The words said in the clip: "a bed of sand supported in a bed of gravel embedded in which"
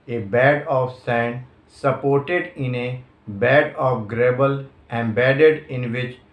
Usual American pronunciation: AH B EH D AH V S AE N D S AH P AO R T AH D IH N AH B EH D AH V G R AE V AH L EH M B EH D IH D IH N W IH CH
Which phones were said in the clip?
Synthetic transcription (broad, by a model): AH B EH D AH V S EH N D S AH P AO R T AH D IH N AH B EH D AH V G R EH B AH L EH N B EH D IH D IH N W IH CH